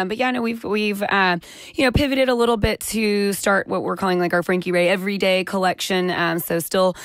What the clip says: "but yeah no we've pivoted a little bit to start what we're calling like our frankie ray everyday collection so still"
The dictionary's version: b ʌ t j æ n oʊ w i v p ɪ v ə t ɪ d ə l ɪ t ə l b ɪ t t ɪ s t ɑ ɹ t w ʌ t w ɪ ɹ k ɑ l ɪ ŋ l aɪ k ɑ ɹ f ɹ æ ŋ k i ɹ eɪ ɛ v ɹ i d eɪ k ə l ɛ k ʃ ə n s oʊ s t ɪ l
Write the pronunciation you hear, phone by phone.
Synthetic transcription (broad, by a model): b ʌ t j æ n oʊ w i v p ɪ v ə t ɪ d ə l ɪ t l b ɪ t t ɪ s t ɑ ɹ t w ʌ t w ɪ ɹ k ɑ l ɪ ŋ l aɪ k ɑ ɹ f ɹ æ ŋ k i ɹ eɪ ɛ v ɹ i d eɪ k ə l ɛ k ʃ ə n s oʊ s t ɪ l